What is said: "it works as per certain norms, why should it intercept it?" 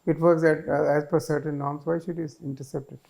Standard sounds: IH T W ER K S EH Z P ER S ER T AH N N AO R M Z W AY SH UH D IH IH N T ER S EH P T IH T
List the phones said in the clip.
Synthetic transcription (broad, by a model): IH T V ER K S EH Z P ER S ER T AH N N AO R M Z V AY SH UH D IH IH N T ER S EH P T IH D